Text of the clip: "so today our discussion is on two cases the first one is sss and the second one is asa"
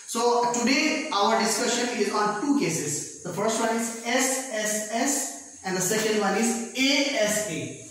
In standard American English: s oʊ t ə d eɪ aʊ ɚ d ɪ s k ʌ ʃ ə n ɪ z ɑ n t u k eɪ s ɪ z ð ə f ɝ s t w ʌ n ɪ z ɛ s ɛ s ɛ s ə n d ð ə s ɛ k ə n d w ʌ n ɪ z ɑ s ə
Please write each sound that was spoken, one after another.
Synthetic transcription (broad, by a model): s oʊ t ə d eɪ aʊ ɚ d ɪ s k ʌ ʃ ə n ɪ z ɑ l t u k eɪ s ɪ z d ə f ɝ s t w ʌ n ɪ z ɛ s ɛ s ɛ s ə n d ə s ɛ k ə n d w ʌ n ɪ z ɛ s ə